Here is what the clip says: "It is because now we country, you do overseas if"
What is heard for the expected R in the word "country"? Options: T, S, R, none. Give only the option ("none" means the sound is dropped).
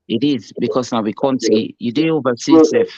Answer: none